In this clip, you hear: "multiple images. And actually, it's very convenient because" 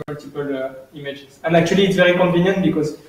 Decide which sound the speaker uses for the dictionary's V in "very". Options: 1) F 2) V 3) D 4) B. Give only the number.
2